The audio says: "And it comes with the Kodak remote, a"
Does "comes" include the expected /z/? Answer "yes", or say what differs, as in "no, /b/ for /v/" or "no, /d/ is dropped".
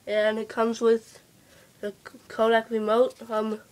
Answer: yes